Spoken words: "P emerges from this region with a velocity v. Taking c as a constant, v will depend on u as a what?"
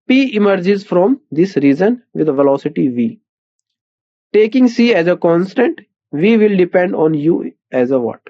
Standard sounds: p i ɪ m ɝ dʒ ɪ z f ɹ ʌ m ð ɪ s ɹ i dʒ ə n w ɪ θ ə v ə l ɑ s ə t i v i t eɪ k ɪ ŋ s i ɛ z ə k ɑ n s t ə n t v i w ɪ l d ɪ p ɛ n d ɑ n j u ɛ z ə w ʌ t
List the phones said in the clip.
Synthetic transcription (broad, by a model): p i ɪ m ɝ dʒ ɪ z f ɹ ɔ m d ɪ s ɹ i z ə n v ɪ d ə v ə l ɑ s ə t i v i t eɪ k ɪ ŋ s i ɛ z ə k ɑ n s t ə n t v i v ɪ l d ɪ p ɛ n d ɑ n j u ɛ z ə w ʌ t